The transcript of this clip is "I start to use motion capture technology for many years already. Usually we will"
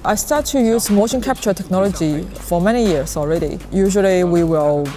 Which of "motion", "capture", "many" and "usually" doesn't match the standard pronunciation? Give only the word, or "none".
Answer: none